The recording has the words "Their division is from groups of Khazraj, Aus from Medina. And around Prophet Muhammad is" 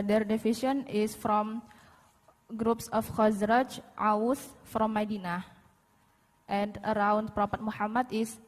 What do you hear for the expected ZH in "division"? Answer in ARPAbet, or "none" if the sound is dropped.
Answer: SH